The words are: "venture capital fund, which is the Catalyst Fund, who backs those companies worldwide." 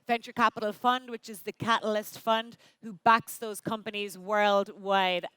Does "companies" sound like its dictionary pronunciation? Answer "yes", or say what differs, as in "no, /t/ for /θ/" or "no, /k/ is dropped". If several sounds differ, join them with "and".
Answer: yes